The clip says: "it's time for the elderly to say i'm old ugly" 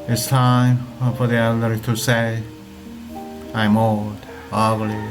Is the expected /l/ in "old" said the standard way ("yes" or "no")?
no